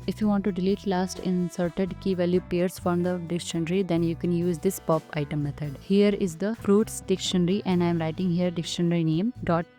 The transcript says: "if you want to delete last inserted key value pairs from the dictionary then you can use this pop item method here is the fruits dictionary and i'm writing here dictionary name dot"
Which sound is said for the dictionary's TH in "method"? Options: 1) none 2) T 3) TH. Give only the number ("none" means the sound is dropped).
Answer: 2